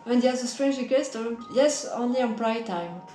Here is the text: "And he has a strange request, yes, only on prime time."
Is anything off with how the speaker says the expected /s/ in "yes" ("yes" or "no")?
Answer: no